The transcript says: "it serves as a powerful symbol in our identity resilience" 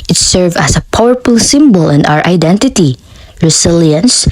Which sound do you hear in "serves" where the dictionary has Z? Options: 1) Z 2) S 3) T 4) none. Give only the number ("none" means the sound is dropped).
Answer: 4